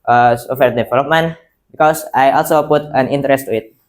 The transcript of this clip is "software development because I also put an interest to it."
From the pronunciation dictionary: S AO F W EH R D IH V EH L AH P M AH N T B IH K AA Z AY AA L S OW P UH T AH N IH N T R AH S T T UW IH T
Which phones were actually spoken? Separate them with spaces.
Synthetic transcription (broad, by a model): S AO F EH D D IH F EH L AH M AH N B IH K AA S AY AA L S OW P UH T AH N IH N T R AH S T T UW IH T